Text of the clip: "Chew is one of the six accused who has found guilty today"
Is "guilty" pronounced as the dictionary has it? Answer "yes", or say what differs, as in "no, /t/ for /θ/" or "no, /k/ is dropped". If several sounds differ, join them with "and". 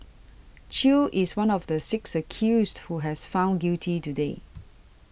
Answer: no, /l/ is dropped